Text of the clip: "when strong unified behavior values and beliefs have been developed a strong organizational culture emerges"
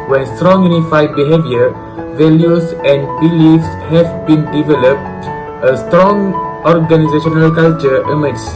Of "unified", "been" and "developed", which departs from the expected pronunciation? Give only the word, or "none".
none